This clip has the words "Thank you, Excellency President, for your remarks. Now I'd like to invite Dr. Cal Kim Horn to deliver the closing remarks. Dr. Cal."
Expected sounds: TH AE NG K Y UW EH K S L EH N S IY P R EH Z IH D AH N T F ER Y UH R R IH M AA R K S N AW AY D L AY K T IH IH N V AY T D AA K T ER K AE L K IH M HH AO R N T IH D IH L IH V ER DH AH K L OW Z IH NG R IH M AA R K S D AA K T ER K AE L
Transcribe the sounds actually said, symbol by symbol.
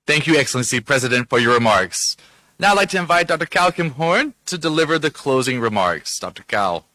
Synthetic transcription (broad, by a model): TH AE NG K Y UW EH K S L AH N S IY P R EH Z IH D AH N T F ER Y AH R R IH M AA R K S N AW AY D L AY K T IH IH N V AY T D AA K T ER K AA L K IH M HH AO R N T IH D IH L IH V ER DH AH K L OW Z IH NG R IH M AA R K S D AA K T ER K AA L